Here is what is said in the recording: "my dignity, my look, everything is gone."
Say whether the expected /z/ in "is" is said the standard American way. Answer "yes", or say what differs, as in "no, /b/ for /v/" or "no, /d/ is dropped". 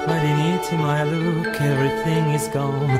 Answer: yes